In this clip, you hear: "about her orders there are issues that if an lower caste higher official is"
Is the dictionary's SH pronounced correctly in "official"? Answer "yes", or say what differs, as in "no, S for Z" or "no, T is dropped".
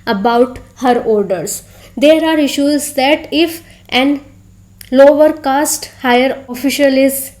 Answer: yes